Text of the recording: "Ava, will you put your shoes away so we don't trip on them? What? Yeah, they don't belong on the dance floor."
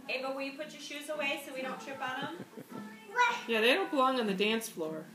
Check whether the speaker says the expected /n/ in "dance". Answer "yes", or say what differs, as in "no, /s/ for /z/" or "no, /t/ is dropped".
yes